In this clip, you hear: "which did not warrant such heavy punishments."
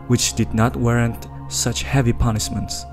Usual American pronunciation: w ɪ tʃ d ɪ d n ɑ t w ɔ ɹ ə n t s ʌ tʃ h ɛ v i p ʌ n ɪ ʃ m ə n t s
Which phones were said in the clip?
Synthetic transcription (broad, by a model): w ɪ tʃ d ɪ d n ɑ t w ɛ ɹ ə n t s ʌ tʃ h ɛ v i p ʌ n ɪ ʃ m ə n t s